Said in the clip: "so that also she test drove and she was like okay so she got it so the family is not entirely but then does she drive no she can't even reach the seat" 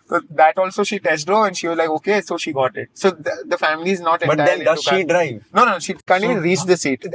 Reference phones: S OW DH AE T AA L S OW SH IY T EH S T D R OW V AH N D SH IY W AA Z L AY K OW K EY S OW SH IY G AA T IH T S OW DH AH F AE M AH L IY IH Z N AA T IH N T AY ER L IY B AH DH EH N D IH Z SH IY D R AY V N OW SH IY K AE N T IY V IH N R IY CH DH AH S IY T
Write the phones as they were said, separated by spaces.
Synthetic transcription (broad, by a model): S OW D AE T AA L S OW SH IY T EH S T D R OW AH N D SH IY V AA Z L AY K OW K EY S OW SH IY G AA T IH T S OW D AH F AE M AH L IY IH Z N AA T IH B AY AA IY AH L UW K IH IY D R AY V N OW SH IY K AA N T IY IH R IY CH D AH S IY T